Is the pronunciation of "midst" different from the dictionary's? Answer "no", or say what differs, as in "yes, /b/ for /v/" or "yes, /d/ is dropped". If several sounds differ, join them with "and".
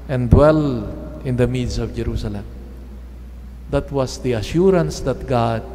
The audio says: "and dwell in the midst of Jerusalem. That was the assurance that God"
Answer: yes, /t/ is dropped